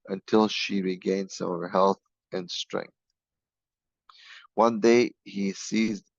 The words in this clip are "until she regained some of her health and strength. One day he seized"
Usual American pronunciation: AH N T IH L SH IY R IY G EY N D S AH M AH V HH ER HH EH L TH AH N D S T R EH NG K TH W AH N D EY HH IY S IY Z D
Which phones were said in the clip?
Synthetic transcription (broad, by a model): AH N T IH L SH IY R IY G EY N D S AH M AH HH ER HH EH L TH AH N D S T R EH NG K TH W AH N D EY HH IY S IY Z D